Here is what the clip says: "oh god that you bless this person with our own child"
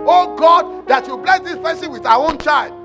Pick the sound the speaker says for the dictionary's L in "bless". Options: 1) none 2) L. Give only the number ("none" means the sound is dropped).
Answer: 2